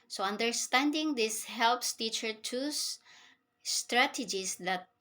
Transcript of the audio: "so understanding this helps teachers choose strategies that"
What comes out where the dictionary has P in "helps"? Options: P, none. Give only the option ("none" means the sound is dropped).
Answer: P